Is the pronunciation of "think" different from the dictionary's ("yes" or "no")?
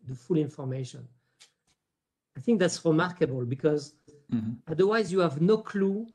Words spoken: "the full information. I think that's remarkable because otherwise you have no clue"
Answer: no